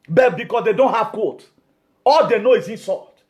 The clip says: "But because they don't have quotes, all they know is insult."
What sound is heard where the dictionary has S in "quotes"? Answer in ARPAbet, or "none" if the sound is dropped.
none